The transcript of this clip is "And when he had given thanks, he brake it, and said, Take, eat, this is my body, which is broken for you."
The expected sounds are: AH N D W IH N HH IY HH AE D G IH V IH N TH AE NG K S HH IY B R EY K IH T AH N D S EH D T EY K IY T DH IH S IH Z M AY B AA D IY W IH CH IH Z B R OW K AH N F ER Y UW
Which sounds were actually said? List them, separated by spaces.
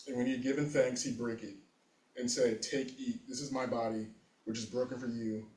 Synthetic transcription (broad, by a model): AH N W IH N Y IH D G IH V IH N TH AE NG K S HH IY B R EY K IH T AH N S EH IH T EY K IY T DH IH S IH Z M AY B AA D IY W IH CH IH Z B R OW K AH N F ER Y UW